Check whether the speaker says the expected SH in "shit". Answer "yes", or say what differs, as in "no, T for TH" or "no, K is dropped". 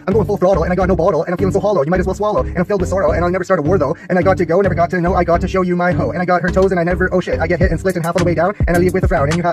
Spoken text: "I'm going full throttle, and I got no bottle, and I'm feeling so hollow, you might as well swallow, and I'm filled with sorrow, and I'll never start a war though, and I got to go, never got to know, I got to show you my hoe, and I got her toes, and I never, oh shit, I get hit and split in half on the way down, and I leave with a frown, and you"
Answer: yes